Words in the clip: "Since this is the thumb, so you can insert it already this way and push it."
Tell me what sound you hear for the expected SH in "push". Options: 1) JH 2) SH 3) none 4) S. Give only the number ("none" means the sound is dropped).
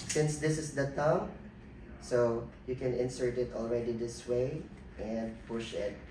2